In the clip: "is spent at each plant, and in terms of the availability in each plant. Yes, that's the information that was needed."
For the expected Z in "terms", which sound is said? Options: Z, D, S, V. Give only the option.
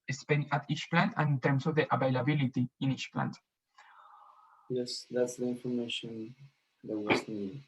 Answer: S